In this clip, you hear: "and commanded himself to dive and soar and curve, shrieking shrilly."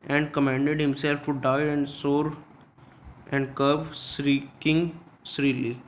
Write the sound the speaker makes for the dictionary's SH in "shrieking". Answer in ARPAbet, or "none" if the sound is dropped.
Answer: S